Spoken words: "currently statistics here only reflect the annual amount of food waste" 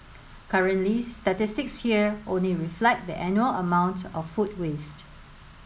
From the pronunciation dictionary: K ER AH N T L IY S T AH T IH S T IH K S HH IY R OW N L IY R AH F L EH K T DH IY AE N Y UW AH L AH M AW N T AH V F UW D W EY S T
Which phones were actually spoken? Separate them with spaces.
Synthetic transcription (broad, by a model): K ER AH N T L IY S T AH T IH S T IH K S HH IY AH OW N L IY R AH F L EH K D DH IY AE N Y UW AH L AH M AW N T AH F F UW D W EY S T